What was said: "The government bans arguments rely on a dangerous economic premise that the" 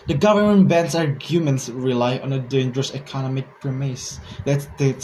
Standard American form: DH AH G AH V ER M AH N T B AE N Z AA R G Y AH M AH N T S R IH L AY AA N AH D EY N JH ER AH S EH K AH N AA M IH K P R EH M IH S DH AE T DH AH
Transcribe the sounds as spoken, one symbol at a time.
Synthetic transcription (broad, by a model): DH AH G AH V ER M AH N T B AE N S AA R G Y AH M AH N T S R IH L AY AA N AH D EY N JH ER AH S EH K AH N AA M IH K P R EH M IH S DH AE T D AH